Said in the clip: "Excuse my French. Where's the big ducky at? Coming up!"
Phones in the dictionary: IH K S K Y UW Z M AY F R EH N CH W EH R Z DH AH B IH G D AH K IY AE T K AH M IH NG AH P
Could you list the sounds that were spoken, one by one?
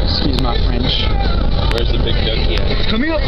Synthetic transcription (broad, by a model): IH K S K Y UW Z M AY F R EH N CH W EH R Z DH AH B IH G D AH IY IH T K AH M IH NG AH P